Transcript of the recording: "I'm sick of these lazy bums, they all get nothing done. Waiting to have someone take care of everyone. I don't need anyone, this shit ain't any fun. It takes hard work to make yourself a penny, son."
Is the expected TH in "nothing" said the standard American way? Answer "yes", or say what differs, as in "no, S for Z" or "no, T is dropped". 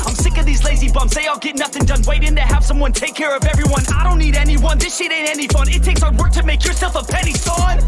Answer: yes